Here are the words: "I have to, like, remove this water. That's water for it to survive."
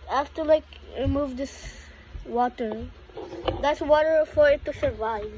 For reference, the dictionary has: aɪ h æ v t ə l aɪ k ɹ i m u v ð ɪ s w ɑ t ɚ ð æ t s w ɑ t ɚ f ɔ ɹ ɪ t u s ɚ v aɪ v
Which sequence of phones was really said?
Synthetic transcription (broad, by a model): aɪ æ f t ə l aɪ k ɹ i m u v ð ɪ s w ɑ t ɚ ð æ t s w ɑ t ɚ f ɔ ɹ ɪ t u s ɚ v aɪ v